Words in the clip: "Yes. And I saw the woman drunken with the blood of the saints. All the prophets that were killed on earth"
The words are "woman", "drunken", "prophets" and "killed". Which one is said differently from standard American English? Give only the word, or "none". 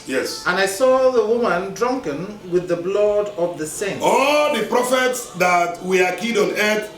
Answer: killed